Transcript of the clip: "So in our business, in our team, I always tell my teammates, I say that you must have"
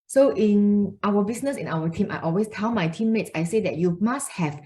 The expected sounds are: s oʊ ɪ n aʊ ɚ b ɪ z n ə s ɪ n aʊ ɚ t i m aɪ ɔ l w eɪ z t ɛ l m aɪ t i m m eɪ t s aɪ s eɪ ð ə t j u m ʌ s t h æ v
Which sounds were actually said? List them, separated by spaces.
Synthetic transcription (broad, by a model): s oʊ ɪ n aʊ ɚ b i s n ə s ɪ n aʊ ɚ t i m aɪ ɔ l w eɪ s t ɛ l m aɪ t i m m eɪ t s aɪ s eɪ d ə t j u m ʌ s t h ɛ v